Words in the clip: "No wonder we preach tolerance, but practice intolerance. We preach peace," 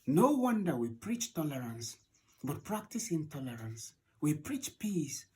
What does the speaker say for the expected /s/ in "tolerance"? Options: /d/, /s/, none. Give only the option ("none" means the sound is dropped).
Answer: /s/